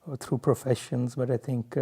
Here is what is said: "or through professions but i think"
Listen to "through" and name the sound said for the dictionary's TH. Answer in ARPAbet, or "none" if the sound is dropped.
T